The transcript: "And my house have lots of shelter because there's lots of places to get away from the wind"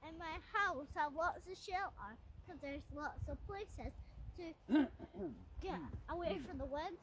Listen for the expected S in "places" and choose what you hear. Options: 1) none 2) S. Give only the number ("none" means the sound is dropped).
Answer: 2